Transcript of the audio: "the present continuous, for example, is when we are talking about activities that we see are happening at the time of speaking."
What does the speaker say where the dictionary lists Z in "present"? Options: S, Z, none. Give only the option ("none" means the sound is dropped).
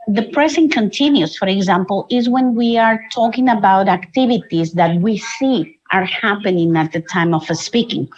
S